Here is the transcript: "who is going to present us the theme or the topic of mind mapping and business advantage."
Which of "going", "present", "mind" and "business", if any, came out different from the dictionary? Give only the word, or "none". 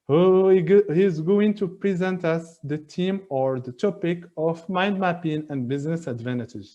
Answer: none